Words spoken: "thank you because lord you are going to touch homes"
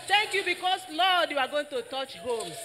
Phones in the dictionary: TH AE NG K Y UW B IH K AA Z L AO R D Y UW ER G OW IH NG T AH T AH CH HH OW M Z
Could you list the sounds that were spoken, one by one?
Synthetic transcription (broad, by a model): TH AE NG K Y UW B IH K AA S L AO D Y UW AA G OW IH NG T AH T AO CH HH OW M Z